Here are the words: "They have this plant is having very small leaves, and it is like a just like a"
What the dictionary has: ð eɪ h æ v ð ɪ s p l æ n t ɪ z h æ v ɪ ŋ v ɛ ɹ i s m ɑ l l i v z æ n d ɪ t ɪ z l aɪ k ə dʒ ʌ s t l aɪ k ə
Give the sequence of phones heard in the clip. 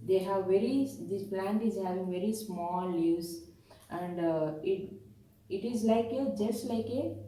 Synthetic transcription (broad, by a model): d eɪ h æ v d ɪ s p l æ n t ɪ z h æ v ɪ ŋ v ɛ ɹ i s m ɑ l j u z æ n d ɪ t ɪ z l aɪ k ə dʒ ʌ s t l aɪ k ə